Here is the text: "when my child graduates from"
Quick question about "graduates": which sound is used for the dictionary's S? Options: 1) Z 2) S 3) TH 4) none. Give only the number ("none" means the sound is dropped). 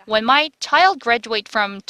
4